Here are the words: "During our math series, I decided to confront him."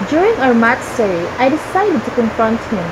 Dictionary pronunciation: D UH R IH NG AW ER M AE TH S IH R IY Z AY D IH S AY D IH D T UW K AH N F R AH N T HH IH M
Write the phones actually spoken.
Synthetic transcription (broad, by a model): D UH R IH NG AW ER M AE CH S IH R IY AY D IH S AY D IH D T UW K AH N F R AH N T HH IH M